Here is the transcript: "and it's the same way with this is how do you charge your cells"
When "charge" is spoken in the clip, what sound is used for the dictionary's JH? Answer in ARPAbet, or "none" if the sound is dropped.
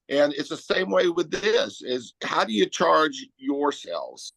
JH